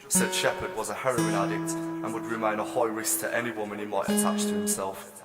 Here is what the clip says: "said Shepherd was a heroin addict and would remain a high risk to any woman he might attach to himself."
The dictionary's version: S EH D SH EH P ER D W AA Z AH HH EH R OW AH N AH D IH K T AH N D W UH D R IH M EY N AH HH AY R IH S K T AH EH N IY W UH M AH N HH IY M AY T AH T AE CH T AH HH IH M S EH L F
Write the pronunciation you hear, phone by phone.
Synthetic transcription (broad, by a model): S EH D SH EH P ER D W AA Z AH HH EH R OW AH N AH D IH K T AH N W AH D R IH M EY N AH HH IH R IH S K T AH EH N IY W UH M AH N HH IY M AY T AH T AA CH T AH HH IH M S EH L F